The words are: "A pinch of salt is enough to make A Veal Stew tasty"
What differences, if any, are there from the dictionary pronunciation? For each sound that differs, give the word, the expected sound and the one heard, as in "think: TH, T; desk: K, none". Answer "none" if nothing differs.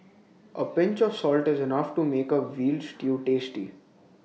none